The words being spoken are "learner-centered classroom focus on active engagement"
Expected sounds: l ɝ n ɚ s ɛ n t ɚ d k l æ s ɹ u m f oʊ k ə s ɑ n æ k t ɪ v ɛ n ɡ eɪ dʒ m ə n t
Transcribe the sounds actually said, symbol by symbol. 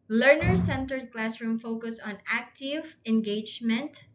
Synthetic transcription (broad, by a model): l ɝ n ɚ s ɛ n t ɚ d k l æ s ɹ u m f oʊ k ə s ɑ n æ k t ɪ v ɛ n ɡ eɪ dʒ m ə n t